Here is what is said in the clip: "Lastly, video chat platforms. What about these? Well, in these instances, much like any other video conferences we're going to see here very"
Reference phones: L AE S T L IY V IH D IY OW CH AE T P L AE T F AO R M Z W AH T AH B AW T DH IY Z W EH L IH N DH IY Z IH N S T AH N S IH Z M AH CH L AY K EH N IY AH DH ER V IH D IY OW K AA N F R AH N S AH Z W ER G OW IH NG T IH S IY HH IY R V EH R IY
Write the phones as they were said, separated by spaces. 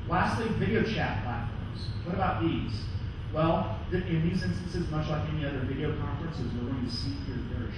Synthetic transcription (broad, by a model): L AE S T L IY V IH D IY OW CH AE T P L AE T F AO R M Z W AH T AH B AW T DH IY Z W EH L IH N DH IY Z IH N S T AH N S IH Z M AH CH L AY K EH N IY AH DH ER V IH D IY OW K AA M F R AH N S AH Z W ER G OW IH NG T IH S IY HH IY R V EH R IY